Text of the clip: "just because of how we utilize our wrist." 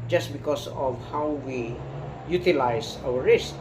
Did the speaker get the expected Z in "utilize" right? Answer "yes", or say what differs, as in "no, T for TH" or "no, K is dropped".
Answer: no, S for Z